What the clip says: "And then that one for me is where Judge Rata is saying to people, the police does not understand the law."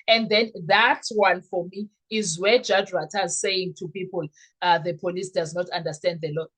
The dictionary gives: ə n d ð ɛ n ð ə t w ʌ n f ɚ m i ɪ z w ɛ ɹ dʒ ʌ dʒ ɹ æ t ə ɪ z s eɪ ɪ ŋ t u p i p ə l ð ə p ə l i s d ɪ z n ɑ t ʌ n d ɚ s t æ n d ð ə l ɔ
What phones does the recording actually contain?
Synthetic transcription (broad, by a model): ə n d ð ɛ n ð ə t w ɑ n f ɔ m i z w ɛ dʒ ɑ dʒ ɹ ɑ t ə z s eɪ ɪ ŋ t u p i p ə l ð ə p ə l i s d ɪ z n ɑ t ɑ n d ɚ s t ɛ n d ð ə l ɔ